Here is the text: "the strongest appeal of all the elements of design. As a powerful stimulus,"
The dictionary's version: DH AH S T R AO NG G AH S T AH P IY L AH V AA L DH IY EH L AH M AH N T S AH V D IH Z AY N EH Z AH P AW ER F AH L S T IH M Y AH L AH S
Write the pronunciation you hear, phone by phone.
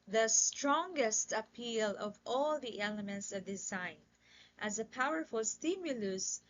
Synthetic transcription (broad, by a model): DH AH S T R AO NG G AH S T AH P IY L AH V AA L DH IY EH L AH M AH N T S AH V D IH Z AY N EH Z AH P AW ER F AH L S T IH M Y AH L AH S